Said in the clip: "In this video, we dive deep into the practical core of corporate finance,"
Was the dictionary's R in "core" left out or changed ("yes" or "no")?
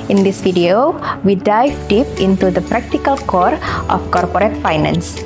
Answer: no